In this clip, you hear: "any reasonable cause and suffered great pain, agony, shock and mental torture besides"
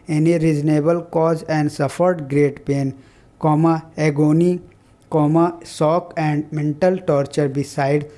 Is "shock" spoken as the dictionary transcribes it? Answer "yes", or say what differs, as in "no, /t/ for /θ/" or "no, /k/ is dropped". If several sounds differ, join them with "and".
no, /s/ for /ʃ/